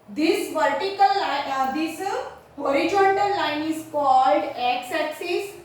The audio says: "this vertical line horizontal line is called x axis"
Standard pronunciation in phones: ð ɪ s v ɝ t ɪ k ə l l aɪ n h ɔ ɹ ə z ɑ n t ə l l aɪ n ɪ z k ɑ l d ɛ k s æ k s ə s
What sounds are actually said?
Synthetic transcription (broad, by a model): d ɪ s v ɝ t ɪ k ə l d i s h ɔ ɹ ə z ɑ n t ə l l aɪ n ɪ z k ɑ l d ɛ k s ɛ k s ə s